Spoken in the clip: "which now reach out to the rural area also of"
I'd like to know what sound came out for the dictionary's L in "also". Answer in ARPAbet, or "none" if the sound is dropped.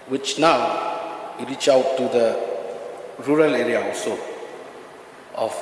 none